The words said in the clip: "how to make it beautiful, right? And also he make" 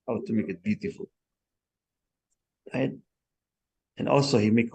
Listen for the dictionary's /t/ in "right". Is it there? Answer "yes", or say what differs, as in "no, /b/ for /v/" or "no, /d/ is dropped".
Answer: no, /t/ is dropped